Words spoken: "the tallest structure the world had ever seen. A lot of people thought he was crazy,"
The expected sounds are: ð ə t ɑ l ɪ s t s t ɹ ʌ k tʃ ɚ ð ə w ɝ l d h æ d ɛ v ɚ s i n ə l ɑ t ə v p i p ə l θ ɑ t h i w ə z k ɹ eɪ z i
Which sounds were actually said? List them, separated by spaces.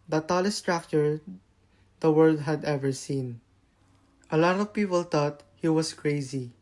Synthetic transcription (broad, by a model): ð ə t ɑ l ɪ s s t ɹ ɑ k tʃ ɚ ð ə w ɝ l d h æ d ɛ v ɚ s i n ə l ɑ t ə v p i p ə l t ɑ t h i w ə s k ɹ eɪ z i